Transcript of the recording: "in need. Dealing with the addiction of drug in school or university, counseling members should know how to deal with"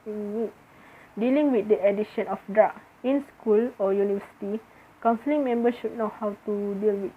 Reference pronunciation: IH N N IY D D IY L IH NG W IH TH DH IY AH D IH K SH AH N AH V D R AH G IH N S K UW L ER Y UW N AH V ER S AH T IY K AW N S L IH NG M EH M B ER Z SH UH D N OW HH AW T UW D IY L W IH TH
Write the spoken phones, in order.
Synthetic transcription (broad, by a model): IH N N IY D D IY L IH NG W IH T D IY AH D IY SH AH N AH F D R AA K IH N S K UW L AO Y UW N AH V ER S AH T IY K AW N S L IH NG M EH M B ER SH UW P N OW HH AW T UW D IY L W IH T